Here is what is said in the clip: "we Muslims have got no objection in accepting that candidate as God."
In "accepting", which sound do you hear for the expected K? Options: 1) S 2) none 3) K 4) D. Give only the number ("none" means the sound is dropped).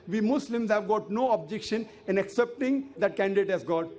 3